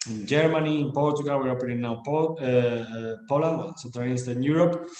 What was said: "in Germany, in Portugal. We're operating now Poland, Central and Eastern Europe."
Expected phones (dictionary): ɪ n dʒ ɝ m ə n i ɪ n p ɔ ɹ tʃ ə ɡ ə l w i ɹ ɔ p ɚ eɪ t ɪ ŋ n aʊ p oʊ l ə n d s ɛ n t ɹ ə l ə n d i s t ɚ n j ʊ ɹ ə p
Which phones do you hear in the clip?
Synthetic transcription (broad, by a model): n dʒ ɝ m ə n i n p ɔ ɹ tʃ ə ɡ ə l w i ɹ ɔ p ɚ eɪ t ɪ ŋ n aʊ p oʊ l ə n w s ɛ t ə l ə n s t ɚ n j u ɹ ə p